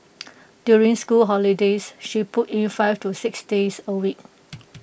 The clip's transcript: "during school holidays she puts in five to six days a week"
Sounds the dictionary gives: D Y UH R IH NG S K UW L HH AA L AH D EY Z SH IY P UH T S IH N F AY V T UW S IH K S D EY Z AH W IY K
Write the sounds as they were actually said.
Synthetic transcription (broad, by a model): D Y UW R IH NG S K UW L HH AA L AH D EY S SH IY P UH T IH N F AY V T UW S IH K S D EY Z AH W IY K